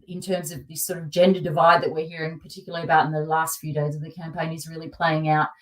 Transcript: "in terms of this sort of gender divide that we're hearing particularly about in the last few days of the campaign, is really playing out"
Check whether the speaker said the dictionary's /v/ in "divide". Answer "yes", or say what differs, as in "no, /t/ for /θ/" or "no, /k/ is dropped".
yes